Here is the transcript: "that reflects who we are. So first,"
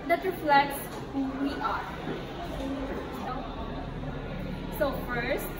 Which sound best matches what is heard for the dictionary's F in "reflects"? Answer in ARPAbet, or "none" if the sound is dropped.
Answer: F